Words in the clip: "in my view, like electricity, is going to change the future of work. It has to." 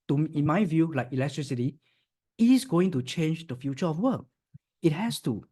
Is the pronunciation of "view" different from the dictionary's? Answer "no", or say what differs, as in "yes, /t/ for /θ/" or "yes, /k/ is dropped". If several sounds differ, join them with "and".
no